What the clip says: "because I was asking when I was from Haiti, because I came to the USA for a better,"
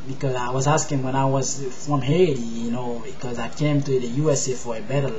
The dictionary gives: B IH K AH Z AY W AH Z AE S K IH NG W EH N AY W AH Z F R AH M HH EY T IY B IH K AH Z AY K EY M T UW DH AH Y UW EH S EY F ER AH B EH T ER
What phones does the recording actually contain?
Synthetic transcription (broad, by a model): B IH K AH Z AY W AH Z AE S K IH NG W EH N AY W AH Z F R AH M HH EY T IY B IH K AH Z AY K EY M T UW DH AH Y UW EH S EY F ER AH B EH T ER